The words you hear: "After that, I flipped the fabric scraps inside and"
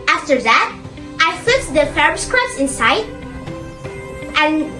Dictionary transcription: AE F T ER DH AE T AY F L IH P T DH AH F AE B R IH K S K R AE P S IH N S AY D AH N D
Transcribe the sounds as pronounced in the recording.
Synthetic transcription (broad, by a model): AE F T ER DH AE T AY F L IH T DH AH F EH R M S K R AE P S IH N S AY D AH N